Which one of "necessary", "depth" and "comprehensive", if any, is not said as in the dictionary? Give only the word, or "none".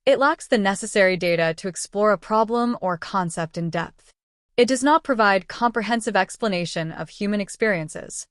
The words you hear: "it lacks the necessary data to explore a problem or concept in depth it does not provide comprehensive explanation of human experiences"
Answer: none